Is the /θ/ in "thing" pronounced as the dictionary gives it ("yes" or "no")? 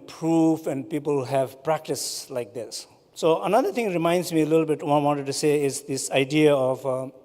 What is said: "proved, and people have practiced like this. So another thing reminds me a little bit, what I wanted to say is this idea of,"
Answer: no